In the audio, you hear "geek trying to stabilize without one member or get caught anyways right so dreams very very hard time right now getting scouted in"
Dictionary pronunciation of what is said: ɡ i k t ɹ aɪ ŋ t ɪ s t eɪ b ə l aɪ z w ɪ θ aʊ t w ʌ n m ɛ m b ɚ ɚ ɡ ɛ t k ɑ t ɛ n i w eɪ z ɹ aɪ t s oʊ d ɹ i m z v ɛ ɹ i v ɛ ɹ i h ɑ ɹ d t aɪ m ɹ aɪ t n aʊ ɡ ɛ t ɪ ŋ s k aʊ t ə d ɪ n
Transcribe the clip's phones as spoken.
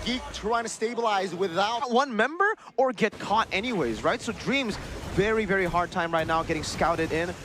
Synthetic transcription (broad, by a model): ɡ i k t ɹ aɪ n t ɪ s t eɪ b ə l aɪ z w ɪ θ aʊ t w ʌ n m ɛ m b ɚ ɚ ɡ ɛ t k ɑ t ɛ n i w eɪ z ɹ aɪ t s oʊ d ɹ i m z v ɛ ɹ i v ɛ ɹ i h ɑ ɹ d t aɪ m ɹ aɪ t n aʊ ɡ ɛ t ɪ ŋ s k aʊ t ə d ɪ n